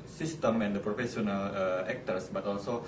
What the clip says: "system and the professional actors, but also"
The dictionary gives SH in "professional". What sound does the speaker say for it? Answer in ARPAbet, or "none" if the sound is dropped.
S